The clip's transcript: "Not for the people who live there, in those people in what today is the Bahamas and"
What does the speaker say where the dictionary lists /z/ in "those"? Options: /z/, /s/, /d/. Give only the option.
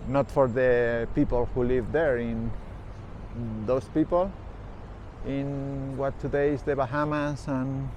/s/